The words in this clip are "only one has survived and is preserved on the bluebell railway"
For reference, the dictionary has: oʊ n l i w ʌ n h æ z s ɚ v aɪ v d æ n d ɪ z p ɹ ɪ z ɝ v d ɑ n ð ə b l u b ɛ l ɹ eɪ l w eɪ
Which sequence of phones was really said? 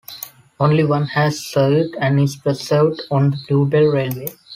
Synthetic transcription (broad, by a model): oʊ n l i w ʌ n h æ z s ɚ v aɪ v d æ n d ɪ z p ɹ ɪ s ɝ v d ɑ n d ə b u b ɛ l ɹ eɪ l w eɪ